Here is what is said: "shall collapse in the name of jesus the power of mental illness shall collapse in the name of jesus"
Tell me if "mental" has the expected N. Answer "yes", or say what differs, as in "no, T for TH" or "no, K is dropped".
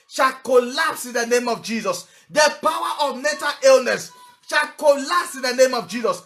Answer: no, N is dropped